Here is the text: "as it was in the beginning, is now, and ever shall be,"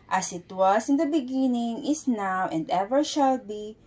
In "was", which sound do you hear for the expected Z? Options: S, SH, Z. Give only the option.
S